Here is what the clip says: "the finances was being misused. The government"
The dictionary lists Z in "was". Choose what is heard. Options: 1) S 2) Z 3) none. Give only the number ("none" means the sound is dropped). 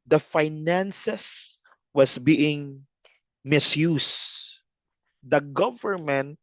1